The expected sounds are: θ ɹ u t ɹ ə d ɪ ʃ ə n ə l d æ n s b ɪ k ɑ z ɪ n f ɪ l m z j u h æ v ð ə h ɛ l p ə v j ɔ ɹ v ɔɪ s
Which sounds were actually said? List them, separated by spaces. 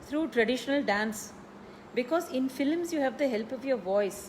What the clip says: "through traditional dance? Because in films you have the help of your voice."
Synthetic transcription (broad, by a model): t ɹ u t ɹ ə d ɪ ʃ ə n ə l d æ n s b ɪ k ɑ z ɪ n f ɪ l m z j u h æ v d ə h ɛ l p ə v j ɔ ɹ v ɔɪ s